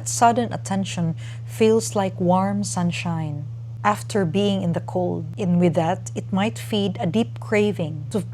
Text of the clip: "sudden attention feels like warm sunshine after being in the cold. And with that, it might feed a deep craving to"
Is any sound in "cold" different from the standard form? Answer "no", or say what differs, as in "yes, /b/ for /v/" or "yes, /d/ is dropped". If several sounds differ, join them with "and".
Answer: no